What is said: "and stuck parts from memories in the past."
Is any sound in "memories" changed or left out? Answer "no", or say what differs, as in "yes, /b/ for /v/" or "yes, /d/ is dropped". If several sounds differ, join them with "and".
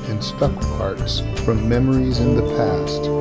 no